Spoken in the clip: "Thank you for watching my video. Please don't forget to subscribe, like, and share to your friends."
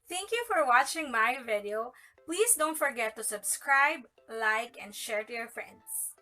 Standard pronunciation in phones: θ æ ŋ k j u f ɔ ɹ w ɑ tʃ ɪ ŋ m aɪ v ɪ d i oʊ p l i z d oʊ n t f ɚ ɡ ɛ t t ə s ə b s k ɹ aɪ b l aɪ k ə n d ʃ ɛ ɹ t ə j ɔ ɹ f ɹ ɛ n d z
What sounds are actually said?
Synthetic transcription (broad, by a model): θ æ ŋ k j u f ɔ ɹ w ɑ tʃ ɪ ŋ m aɪ v ɪ d i oʊ p l i s d oʊ n t f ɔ ɡ ɛ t t ə s ə b s k ɹ aɪ b l aɪ k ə n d ʃ ɛ ɹ t ə j ɔ ɹ f ɹ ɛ n d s